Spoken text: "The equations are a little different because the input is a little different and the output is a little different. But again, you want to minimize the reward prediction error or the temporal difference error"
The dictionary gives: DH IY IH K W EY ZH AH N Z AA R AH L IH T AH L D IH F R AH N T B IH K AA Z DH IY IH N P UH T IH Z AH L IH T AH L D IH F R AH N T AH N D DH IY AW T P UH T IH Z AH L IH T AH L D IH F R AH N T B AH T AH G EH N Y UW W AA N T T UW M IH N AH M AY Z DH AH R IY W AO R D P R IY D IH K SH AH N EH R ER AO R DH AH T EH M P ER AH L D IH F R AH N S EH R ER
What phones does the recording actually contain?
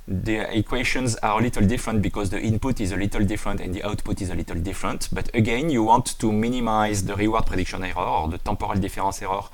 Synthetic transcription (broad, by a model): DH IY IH K W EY SH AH N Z AA R AH L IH T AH L D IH F R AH N T B IH K AA Z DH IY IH N P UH T IH Z AH L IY T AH L D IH F R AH N T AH N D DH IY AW T P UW T IH Z AH L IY T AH L D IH F R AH N T B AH T AH G EH N Y UW W AA N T T UW M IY N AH M AY Z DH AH R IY W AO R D P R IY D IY K SH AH N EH R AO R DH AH T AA P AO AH L D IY F R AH S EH R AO